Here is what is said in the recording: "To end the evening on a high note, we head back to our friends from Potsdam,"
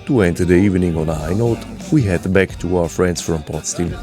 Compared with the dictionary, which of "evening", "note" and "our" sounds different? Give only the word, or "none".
none